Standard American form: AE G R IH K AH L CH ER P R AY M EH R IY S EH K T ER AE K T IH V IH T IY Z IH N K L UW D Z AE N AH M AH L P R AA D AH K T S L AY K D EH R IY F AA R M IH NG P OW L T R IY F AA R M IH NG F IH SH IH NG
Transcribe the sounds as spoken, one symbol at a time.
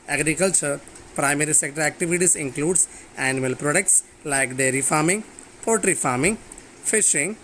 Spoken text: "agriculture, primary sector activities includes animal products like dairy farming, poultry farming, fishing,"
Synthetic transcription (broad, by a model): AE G R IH K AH L CH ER P R AY M EH R IY S EH K T ER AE K T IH V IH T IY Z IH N K L UW D S AE N AH M AH L P R AA D AH K T S L AY K D EH R IY F AA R M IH NG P OW T R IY F AA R M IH NG F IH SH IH NG